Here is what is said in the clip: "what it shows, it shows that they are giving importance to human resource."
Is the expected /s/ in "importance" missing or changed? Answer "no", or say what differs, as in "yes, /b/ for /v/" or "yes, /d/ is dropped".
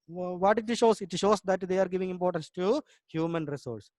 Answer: no